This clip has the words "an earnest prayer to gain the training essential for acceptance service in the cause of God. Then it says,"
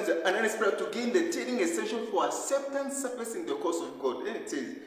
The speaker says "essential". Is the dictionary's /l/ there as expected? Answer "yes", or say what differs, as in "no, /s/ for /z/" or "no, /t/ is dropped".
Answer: no, /n/ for /l/